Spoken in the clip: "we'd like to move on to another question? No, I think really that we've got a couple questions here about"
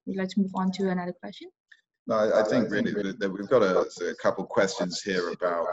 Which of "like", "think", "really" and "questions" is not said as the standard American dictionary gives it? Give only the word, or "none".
none